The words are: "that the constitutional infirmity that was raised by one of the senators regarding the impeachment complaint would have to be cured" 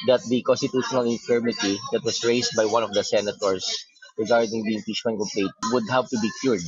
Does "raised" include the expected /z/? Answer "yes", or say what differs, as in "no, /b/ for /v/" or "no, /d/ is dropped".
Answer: no, /s/ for /z/